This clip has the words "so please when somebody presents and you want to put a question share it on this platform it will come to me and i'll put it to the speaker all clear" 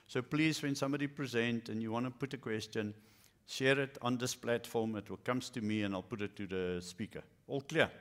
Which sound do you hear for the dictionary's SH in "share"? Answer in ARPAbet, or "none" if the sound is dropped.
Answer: SH